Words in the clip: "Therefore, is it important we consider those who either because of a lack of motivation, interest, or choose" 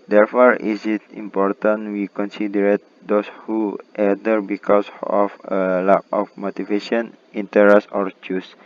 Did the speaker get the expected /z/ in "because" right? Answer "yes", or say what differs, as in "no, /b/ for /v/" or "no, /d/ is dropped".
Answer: no, /s/ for /z/